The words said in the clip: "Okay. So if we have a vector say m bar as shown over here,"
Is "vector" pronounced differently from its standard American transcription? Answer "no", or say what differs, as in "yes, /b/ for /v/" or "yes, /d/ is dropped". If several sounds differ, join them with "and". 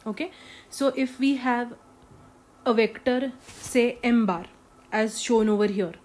no